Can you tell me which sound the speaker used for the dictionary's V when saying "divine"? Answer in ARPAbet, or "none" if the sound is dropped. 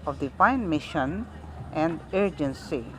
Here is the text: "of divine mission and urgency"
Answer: P